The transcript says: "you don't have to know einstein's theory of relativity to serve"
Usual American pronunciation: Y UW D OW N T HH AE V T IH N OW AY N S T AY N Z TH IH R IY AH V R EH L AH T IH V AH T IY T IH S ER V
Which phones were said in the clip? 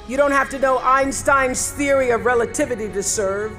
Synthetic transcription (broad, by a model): Y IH D OW N T HH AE F T IH N OW AY N S T AY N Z TH IH R IY AH V R EH L AH T IH V AH T IY T IH S ER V